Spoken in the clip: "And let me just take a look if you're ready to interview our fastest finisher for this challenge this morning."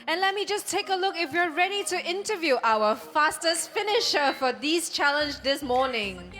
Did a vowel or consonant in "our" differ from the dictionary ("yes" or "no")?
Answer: yes